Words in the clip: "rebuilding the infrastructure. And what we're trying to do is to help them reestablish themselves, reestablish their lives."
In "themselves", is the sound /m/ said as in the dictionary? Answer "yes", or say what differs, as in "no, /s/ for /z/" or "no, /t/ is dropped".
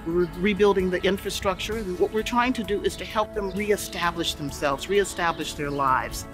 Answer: yes